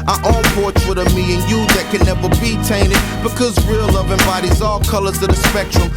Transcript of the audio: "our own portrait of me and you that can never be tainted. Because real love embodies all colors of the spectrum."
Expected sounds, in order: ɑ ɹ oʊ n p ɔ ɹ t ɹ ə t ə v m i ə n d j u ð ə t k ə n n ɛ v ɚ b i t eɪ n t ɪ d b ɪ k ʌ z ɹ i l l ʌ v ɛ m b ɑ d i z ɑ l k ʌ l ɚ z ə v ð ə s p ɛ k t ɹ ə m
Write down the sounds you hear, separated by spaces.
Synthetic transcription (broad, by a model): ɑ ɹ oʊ l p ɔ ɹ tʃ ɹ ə t ə v m i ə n j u ð ə t k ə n n ɛ v ɚ b i t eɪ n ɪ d b ɪ k ʌ z ɹ i l l ʌ v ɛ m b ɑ d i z ɑ l k ʌ l ɚ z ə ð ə s p ɛ k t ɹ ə m